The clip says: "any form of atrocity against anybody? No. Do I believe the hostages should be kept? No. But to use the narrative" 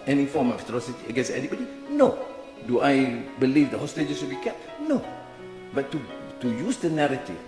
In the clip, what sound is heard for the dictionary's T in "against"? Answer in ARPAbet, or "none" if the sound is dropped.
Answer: none